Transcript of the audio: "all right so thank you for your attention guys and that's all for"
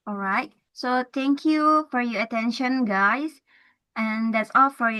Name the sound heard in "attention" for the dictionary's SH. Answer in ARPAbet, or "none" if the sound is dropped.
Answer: SH